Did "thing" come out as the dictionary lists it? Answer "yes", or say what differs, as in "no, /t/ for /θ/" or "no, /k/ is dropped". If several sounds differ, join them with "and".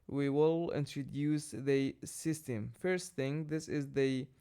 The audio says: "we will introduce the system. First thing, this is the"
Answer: yes